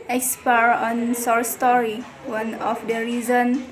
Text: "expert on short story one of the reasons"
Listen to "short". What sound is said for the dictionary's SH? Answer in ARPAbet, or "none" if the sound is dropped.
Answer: S